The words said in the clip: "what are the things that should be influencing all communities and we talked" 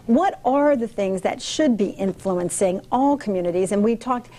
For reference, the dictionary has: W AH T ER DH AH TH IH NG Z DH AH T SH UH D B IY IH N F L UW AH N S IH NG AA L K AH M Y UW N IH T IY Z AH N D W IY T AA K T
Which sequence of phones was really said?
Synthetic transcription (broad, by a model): W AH T ER DH AH TH IH NG Z DH AH T SH UH D B IY IH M F L UW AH N S IH NG AA L K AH M Y UW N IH T IY Z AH N W IY T AA K T